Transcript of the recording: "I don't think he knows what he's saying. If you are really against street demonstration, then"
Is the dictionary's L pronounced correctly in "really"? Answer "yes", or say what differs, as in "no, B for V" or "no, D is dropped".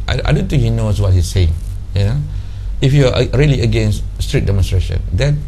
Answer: yes